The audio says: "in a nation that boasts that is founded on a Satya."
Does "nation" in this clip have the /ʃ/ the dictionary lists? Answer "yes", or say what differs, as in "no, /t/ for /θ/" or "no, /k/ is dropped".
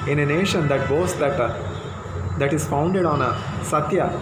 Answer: yes